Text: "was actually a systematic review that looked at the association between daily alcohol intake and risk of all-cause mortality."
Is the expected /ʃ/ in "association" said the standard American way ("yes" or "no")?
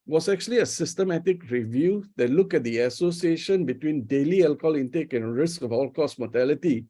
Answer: yes